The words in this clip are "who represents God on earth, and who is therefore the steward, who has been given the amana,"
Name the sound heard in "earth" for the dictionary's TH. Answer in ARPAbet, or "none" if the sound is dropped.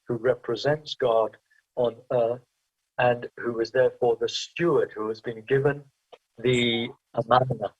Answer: TH